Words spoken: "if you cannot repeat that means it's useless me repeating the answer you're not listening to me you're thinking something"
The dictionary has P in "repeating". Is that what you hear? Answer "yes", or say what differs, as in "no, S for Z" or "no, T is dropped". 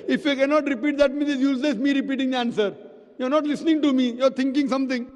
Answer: yes